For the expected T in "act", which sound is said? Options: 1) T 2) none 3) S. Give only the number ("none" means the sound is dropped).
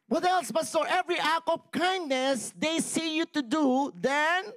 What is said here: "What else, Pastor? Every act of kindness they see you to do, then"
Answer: 2